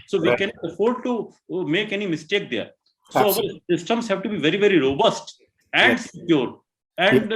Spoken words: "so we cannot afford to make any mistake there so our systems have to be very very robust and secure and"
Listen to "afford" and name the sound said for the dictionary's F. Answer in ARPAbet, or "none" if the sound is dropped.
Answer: F